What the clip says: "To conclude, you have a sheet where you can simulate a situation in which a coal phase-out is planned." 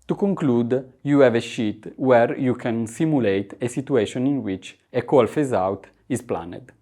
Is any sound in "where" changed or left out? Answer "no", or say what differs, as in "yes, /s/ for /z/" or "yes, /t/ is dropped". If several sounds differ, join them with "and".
no